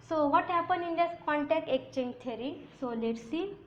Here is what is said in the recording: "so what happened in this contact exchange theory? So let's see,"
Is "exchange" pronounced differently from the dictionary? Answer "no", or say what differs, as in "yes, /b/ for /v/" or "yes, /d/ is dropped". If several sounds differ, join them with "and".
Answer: yes, /s/ is dropped